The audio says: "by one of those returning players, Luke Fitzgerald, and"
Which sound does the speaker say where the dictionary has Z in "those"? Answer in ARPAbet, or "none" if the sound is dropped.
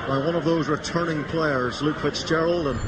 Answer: Z